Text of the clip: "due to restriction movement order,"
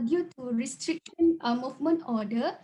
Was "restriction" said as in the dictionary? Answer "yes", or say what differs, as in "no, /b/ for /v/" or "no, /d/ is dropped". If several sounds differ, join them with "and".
no, /ʃ/ is dropped